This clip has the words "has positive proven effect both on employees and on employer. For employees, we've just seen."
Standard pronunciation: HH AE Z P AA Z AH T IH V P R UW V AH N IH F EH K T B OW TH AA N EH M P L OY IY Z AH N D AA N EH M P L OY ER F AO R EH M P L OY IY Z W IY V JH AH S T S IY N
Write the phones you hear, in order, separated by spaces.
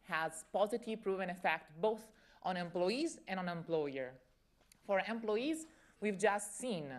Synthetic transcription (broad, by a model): HH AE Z P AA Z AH T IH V P R UW V AH N IH F EH K T B OW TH AA N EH M P L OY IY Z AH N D AA N EH M P L OY ER F AO R EH M P L OY IY Z W IY V JH AH S T S IY N